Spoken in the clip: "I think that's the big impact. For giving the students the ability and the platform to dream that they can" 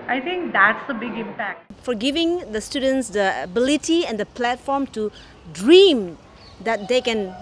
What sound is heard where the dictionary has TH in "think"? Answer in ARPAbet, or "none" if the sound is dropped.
T